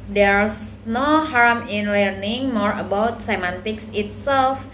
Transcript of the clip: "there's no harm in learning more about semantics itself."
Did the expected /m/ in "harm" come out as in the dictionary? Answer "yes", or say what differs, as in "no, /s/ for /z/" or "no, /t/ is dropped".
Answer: yes